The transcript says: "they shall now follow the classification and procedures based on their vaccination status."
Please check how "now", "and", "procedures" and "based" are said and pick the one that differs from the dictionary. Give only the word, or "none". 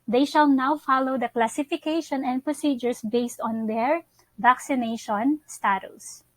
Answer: procedures